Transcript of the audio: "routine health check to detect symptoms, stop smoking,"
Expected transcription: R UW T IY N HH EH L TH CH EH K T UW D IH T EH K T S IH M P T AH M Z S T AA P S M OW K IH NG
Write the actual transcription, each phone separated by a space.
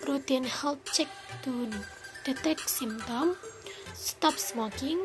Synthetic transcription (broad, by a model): R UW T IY N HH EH L CH EH K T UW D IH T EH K S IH M T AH M S T AA P S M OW K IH NG